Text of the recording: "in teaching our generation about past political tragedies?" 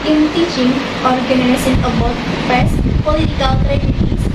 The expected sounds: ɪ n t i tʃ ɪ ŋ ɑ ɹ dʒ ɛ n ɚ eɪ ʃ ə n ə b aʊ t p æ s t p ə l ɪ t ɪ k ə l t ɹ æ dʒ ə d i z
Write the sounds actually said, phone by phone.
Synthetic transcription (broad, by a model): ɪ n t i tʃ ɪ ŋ ɑ ɹ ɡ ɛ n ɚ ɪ s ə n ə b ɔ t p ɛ s p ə l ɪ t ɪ k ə l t ɹ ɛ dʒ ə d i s